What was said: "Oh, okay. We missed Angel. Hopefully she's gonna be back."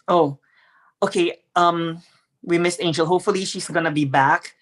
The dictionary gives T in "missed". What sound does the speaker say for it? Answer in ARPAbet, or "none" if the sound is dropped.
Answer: none